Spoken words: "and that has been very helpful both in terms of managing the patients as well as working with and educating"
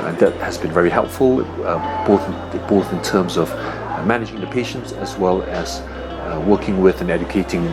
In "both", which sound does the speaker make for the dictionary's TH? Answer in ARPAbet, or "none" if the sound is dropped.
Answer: TH